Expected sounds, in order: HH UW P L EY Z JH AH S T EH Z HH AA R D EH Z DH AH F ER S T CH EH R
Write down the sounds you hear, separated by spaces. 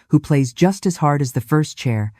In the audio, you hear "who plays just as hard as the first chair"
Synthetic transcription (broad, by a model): HH UW P L EY Z JH AH S T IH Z HH AA R D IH Z DH AH F ER S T CH EH R